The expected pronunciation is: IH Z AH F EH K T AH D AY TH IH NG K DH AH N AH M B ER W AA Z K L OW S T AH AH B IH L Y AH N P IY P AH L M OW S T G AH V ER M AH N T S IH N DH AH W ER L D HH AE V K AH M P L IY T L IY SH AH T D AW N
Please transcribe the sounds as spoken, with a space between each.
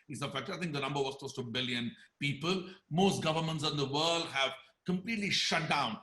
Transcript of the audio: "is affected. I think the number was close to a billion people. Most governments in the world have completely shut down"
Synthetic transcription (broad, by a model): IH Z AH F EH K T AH AY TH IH NG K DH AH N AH M B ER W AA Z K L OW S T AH AH B IH L Y AH N P IY P AH L M OW S T G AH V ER M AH N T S IH N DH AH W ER L D HH AE V K AH M P L IY T L IY SH AH T D AW N